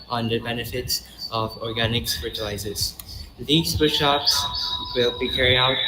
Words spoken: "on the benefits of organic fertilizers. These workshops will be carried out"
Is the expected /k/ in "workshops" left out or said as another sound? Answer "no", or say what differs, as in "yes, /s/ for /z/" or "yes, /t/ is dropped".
yes, /k/ is dropped